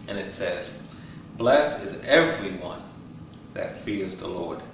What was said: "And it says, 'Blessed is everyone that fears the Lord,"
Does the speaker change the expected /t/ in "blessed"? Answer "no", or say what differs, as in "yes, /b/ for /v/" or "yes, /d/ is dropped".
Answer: no